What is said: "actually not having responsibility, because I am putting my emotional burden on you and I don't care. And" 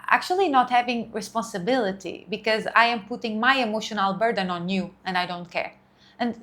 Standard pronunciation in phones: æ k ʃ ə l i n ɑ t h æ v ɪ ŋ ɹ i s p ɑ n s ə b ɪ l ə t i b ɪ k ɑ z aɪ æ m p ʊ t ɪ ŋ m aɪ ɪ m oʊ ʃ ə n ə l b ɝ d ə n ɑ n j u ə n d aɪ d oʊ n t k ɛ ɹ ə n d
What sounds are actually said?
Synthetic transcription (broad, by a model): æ k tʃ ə l i n ɑ t h æ v ɪ ŋ ɹ i s p ɑ n s ə b ɪ l ə t i b ɪ k ɑ z aɪ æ m p ʊ t ɪ ŋ m aɪ ɪ m oʊ ʃ ə n ə l b ɝ d ə n ɑ n j u ə n d aɪ d oʊ n t k ɛ ɹ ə n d